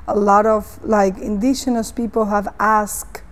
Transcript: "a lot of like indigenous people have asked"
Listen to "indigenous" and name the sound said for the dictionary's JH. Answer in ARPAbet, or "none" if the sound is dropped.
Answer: SH